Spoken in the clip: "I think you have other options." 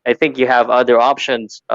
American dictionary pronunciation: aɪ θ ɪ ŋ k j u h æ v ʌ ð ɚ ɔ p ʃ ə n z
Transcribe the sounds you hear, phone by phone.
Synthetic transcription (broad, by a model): aɪ θ ɪ ŋ k j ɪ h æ v ʌ ð ɚ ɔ p ʃ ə n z